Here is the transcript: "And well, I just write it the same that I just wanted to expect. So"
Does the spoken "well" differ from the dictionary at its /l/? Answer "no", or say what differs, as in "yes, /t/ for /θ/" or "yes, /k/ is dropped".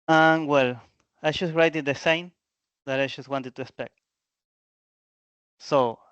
no